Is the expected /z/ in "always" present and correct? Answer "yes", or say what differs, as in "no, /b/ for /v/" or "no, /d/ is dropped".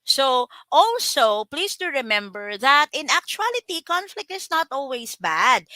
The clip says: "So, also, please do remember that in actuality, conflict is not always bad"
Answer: no, /s/ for /z/